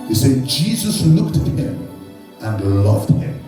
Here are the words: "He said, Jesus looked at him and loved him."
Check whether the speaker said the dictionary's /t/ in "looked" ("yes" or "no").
yes